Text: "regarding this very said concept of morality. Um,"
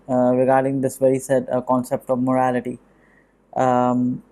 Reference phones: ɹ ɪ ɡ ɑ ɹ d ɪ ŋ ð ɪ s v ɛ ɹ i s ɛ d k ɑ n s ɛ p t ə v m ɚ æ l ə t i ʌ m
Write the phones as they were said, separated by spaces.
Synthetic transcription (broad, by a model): ɹ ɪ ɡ ɑ ɹ d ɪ ŋ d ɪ s v ɛ ɹ i s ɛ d k ɑ n s ɛ p t ə v m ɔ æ l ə t i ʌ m